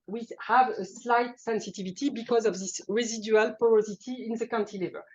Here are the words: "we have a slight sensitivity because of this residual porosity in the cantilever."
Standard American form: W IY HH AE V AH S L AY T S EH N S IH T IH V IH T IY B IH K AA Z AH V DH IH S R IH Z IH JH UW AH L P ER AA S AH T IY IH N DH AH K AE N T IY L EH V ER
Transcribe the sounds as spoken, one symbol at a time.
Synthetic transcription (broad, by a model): W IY HH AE V AH S L AY T S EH N S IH T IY V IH T IY B IH K AA Z AH V DH IH S R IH Z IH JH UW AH L P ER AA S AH T IY IH N DH AH K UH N T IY L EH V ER